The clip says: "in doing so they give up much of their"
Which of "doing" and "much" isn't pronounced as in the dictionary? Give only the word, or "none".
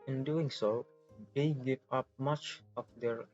none